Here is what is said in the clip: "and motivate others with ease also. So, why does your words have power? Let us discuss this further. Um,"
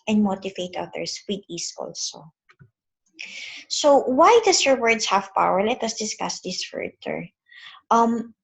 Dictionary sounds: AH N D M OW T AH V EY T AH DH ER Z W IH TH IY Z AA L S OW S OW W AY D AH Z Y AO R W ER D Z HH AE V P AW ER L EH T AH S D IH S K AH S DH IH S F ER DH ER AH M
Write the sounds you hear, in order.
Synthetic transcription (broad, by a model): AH N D M OW T AH V EY T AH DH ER S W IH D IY S AA L S OW S OW W AY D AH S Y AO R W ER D S HH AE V P AW ER L EH T AH S D IH S K AH S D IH S F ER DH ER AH M